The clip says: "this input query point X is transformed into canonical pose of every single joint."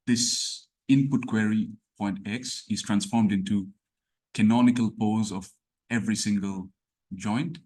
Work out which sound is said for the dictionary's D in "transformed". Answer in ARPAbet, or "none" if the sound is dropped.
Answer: D